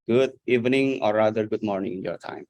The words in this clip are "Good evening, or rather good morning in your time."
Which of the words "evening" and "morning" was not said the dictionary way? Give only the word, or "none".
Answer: none